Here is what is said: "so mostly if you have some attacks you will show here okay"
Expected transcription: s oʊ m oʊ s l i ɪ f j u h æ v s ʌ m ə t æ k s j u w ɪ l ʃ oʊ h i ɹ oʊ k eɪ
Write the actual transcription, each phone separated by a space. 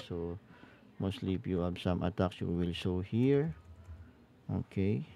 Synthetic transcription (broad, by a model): s oʊ m oʊ s l i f j u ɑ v s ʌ m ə t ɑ k s j u w ɪ l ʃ oʊ h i ɹ oʊ k eɪ